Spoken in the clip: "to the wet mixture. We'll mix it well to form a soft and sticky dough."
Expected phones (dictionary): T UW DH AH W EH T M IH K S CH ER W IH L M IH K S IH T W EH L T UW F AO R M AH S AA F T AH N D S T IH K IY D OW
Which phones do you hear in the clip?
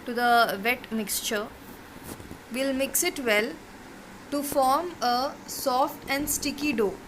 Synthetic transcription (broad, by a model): T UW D AH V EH T M IH K S CH ER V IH L M IH K S IH T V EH L T UW F AO R M AH S AA F T AH N D S T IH K IY D OW